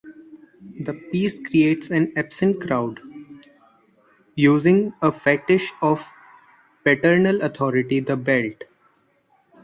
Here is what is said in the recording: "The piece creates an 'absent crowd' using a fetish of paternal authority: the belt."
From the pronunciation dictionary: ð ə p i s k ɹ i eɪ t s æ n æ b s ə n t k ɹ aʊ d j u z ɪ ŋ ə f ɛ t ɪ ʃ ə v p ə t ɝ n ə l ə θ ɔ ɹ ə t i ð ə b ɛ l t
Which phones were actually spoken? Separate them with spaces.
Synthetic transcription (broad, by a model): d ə p i s k ɹ i eɪ t s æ n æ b s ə n t k ɹ aʊ d j u z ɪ ŋ ə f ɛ t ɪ ʃ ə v p ə t ɝ n ə l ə t ɔ ɹ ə t i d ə b ɛ l t